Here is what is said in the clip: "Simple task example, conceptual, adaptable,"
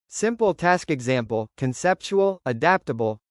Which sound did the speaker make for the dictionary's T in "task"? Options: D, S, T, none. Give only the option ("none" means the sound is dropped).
T